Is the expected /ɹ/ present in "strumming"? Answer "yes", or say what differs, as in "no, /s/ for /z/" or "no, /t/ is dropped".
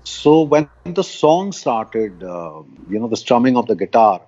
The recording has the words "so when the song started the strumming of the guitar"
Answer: yes